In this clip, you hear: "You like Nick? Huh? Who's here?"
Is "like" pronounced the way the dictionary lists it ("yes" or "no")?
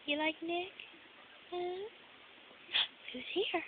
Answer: yes